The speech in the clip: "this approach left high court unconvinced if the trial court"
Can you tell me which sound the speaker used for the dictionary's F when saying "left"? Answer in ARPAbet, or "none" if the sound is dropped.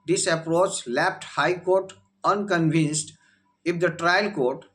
P